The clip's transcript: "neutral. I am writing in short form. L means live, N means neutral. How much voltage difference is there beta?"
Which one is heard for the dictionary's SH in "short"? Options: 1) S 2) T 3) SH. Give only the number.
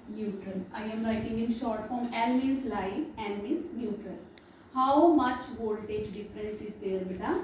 3